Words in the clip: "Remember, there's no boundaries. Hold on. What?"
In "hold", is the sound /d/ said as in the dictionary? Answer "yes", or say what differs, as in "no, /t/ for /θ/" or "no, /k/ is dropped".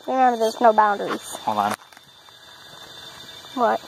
no, /d/ is dropped